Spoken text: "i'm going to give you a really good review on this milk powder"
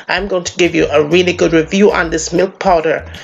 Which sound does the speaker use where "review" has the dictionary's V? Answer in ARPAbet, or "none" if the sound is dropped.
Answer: V